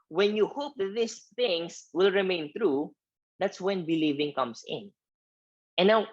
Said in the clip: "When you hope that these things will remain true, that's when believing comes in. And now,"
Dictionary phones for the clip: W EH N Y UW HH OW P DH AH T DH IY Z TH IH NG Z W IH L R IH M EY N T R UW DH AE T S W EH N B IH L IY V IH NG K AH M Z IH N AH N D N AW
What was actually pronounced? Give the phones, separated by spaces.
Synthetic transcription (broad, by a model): W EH N Y UW HH OW P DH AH T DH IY S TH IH NG S W IH L R IH M EY N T R UW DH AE T S W EH N B IH L IY V IH NG K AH M S IH N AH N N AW